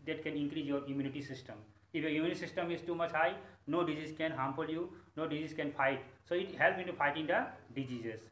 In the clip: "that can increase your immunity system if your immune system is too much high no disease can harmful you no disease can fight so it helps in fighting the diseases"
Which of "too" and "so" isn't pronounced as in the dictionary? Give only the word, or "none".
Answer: none